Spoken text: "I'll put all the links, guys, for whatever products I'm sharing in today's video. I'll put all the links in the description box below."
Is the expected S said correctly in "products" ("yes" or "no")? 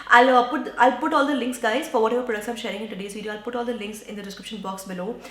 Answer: yes